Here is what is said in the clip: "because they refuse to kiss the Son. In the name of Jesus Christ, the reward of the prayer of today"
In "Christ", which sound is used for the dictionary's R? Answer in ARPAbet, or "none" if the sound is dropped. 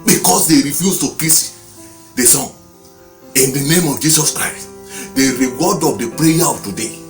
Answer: R